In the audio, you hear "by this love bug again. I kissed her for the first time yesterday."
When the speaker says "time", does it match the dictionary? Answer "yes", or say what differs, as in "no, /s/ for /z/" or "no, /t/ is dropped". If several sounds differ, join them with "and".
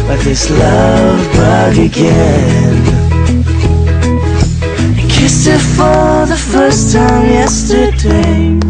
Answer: yes